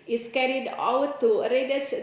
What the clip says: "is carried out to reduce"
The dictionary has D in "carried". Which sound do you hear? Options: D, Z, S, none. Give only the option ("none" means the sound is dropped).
D